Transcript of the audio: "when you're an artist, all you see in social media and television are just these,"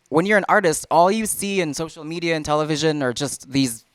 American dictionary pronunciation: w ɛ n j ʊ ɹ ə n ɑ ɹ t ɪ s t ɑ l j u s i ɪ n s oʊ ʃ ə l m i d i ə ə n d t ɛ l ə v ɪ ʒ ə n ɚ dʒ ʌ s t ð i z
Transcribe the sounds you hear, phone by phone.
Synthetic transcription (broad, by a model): w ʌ n j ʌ ɹ ə n ɑ ɹ t ɪ s t ɑ l j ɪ s i ɪ n s oʊ ʃ l m i d i ə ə n t ɛ l ə v ɪ ʒ ə n ɚ dʒ ʌ s t ð i z